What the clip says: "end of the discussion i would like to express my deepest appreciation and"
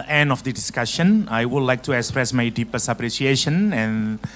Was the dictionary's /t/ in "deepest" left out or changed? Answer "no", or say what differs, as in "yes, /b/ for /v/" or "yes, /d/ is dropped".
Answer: yes, /t/ is dropped